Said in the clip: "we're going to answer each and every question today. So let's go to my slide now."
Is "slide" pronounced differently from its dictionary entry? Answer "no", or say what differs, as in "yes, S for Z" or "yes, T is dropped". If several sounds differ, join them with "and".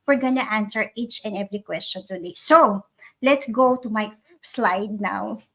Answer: no